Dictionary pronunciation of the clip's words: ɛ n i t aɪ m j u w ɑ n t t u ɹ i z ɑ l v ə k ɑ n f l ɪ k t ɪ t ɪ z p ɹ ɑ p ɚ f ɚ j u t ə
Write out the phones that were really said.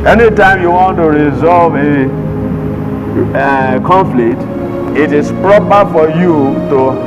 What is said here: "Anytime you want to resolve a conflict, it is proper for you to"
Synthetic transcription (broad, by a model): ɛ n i t aɪ m j u w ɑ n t t u ɹ i z ɑ l v ə k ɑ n f l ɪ k t ɪ t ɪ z p ɹ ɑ p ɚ f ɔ j u t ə